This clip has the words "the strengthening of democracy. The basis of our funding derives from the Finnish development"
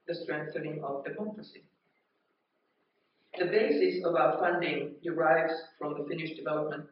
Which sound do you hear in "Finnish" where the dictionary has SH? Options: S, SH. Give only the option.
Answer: SH